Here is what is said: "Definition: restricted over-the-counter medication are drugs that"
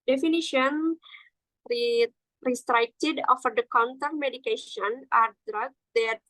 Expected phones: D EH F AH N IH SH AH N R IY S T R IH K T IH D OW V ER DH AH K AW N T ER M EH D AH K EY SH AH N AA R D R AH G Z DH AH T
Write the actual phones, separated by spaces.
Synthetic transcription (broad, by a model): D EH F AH N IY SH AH N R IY S T R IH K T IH D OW F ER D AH K AW N T ER M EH D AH K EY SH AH N AA R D R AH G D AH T